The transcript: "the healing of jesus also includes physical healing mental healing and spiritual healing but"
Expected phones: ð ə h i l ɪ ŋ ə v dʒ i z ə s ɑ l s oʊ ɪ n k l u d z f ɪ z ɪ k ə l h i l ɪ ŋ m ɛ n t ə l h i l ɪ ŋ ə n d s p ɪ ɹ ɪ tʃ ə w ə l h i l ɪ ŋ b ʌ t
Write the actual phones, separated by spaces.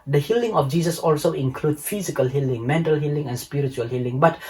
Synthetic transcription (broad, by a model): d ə h i l ɪ ŋ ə f dʒ i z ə s ɑ l s oʊ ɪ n k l u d f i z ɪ k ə l h i l ɪ ŋ m ɛ n t ə l h i l ɪ ŋ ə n s p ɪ ɹ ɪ tʃ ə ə l h i l ɪ ŋ b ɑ t